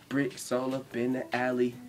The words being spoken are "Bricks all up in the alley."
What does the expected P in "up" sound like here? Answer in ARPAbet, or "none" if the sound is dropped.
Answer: B